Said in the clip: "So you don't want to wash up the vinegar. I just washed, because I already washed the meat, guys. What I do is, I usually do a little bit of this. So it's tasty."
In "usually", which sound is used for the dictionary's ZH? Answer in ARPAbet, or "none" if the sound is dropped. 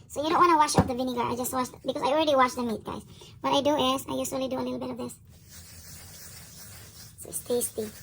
S